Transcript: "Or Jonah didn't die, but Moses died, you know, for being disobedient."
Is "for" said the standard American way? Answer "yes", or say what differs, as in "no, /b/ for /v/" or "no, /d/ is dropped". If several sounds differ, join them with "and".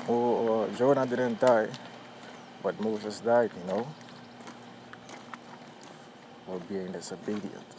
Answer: no, /l/ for /ɹ/